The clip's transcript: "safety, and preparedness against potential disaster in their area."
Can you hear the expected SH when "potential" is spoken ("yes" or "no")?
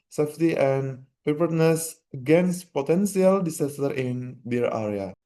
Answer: no